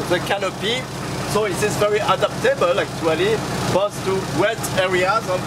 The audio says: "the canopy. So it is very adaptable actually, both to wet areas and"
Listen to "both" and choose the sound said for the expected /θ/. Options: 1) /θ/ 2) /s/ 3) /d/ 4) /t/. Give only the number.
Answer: 2